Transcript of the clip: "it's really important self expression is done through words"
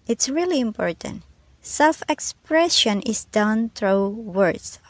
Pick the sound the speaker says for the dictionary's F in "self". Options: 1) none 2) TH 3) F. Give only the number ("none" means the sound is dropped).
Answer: 3